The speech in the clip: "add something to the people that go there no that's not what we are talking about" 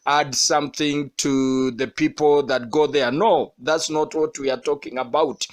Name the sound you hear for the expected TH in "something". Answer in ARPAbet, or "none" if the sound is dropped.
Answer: TH